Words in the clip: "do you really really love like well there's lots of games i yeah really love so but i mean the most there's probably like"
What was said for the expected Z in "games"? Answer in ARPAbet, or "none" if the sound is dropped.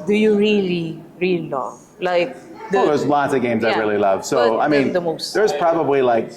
Z